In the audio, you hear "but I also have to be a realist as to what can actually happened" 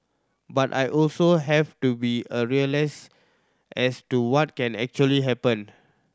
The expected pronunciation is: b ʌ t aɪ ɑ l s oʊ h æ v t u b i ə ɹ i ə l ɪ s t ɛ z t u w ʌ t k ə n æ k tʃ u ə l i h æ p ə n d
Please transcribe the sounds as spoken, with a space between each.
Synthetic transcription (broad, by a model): b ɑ t aɪ ɑ l s oʊ h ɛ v t u b i ə ɹ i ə l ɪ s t ɛ s t u w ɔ t k ə n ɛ k tʃ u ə l i h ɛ p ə n